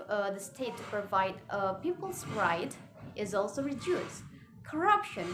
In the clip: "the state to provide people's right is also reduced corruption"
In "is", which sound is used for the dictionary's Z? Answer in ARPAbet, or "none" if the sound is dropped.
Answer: Z